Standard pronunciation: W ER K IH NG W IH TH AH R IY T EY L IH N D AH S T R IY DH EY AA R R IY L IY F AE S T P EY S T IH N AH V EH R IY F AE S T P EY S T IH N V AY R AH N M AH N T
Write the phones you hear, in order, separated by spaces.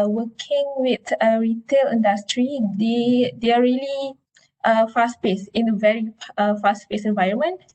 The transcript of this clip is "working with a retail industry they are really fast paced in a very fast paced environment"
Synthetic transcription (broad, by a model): W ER K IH NG W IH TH AH R IY T EY L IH N D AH S T R IY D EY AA R L IY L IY F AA S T P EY S IH N AH V EH R IY F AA S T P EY S IH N V AY R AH N M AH N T